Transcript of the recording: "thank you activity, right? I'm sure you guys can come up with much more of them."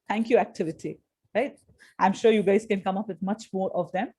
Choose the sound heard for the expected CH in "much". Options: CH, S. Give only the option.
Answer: CH